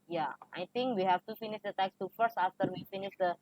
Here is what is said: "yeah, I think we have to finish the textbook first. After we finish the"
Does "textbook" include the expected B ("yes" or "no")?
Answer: no